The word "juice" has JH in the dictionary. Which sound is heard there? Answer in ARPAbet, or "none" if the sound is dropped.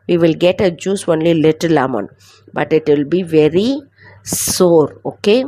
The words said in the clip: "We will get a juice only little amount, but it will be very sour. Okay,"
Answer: JH